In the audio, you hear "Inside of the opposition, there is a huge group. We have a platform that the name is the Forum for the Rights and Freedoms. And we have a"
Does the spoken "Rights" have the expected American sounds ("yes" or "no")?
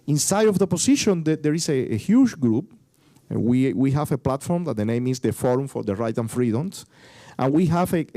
no